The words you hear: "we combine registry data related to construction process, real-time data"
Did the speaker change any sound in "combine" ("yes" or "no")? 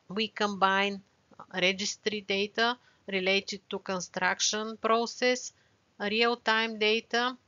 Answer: no